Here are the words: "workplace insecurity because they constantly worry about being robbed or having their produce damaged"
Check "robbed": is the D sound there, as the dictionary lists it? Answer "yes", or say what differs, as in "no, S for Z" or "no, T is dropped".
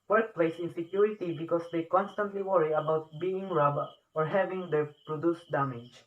no, D is dropped